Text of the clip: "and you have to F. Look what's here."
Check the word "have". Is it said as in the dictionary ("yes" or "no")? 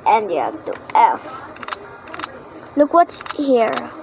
no